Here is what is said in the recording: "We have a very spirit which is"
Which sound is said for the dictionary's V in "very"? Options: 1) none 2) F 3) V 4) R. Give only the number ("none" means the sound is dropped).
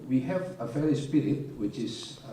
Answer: 2